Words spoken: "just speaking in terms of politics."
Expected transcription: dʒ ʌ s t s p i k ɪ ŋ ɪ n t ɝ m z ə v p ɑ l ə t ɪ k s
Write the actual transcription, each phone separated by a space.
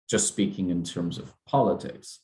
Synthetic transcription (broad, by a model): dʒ ʌ s t s p i k ɪ ŋ ɪ n t ɝ m z ə v p ɑ l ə t ɪ k s